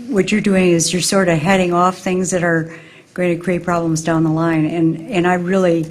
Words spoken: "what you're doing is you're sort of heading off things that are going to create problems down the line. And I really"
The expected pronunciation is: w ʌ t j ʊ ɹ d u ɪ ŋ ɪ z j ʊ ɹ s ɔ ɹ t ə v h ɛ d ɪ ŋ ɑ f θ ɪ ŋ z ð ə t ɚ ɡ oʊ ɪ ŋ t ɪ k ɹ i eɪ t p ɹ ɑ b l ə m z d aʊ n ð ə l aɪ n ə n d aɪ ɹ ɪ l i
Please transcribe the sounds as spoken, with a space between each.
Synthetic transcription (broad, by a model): w ʌ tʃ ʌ ɹ d u ɪ ŋ ɪ z j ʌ ɹ s ɔ ɹ t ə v h ɛ d ɪ ŋ ɑ f θ ɪ ŋ z ð ə t ɚ ɡ oʊ ɪ ŋ t ɪ k ɹ i eɪ t p ɹ ɑ b l ə m z d aʊ n ð ə l aɪ n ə n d aɪ ɹ ɪ l i